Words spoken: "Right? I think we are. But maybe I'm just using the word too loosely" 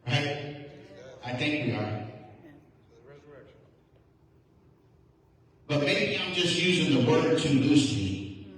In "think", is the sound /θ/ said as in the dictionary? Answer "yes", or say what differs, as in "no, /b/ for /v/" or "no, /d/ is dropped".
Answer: yes